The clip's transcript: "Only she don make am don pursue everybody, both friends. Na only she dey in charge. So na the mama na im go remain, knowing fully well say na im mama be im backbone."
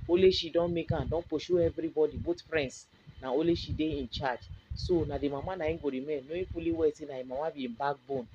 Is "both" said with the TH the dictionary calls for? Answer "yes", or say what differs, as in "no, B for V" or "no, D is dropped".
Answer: no, T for TH